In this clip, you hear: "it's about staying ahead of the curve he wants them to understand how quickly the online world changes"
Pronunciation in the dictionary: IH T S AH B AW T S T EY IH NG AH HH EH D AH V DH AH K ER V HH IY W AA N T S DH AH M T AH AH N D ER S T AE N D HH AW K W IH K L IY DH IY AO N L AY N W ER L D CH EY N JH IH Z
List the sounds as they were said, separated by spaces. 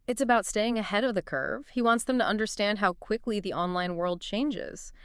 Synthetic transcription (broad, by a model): IH T S AH B AW T S T EY IH NG AH HH EH D AH V DH AH K ER V HH IY W AA N T S DH AH M T AH AH N D ER S T AE N D HH AW K W IH K L IY DH IY AO N L AY N W ER L D CH EY N JH IH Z